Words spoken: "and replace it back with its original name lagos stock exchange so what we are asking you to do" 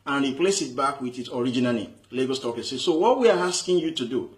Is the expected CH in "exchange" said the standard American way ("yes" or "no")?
no